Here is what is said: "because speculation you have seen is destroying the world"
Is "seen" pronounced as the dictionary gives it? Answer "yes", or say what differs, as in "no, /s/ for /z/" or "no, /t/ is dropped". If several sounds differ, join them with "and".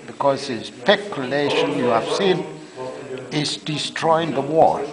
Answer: yes